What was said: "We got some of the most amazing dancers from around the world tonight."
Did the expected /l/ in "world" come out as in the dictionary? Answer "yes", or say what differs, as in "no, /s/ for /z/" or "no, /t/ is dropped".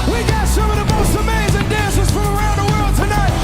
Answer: yes